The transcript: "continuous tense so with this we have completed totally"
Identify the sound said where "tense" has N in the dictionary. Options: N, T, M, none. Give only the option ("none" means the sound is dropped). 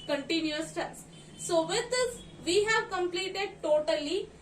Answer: none